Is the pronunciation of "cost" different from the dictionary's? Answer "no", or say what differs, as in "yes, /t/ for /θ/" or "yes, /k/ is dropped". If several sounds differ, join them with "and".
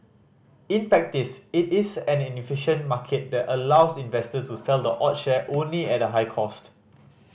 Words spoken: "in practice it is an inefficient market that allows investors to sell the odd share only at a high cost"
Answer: no